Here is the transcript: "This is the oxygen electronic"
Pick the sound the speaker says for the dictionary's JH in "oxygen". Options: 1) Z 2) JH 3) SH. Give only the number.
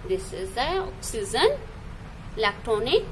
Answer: 1